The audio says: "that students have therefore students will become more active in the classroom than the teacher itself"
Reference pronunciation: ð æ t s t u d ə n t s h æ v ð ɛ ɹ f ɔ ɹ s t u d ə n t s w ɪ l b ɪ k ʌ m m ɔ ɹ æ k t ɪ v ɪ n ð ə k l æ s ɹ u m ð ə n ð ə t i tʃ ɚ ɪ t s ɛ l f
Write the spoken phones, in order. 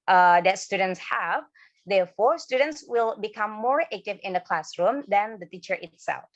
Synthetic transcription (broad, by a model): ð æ t s t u d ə n t s h æ v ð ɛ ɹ f ɔ ɹ s t u d ə n t s w ɪ l b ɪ k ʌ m m ɔ ɹ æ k t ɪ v ɪ n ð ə k l æ s ɹ u m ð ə n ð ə t i tʃ ɚ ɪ t s ɛ l f